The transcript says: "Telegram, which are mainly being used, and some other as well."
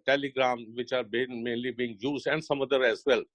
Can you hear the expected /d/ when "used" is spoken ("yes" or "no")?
no